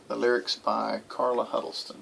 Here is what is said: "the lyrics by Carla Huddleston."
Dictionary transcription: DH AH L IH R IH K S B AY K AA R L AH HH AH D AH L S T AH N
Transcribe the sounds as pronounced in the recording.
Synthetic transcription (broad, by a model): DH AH L IH R IH K S B AY K AA R L AH HH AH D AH L S T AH N